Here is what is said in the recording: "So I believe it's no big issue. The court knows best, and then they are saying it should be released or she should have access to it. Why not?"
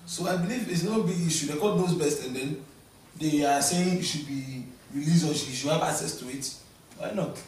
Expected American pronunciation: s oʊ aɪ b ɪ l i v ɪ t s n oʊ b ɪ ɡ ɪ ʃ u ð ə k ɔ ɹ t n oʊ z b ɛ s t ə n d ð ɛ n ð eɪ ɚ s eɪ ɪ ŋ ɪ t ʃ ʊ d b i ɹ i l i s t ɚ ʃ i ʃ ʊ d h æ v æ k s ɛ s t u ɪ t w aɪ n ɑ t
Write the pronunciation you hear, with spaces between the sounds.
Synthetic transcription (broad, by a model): s oʊ aɪ b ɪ l i v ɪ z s n oʊ b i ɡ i ʃ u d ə k ɔ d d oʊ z b ɛ s t ə n d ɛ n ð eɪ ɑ s eɪ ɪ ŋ ɪ t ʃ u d b i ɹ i l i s ɔ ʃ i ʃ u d h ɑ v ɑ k s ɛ s t u ɪ t w aɪ n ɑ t